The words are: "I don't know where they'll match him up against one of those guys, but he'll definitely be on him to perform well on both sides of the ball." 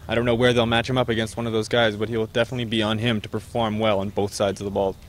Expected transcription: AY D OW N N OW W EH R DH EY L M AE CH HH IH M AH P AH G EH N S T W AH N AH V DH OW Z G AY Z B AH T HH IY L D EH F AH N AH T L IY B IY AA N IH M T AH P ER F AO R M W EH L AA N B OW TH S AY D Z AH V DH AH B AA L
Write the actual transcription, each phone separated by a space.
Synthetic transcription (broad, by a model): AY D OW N N OW W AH R DH EY L M AE CH HH IH M AH P AH G EH N S T W AH N AH V DH OW Z G AY Z B AH T HH IY L D EH F AH N AH T L IY B IY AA N IH M T AH P ER F AO R M W EH L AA N B OW TH S AY D Z AH V DH AH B AA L